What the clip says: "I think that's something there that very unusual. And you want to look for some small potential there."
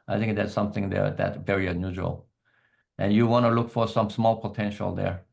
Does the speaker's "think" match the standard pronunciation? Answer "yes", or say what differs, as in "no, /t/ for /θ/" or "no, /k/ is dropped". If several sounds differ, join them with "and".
yes